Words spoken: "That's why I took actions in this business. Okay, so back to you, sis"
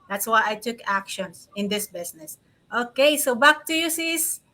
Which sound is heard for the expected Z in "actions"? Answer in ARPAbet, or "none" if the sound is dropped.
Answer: S